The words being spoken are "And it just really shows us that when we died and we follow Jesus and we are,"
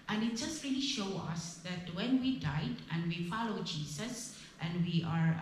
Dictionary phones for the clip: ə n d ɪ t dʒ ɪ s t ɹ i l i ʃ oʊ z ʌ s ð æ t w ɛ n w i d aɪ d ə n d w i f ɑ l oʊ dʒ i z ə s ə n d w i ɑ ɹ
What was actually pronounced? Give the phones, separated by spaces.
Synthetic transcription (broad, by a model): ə n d ɪ t dʒ ɪ s t ɹ i l i ʃ oʊ ʌ s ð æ t w ɛ n w i d aɪ d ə n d w i f ɑ l oʊ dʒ i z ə s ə n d w i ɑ ɹ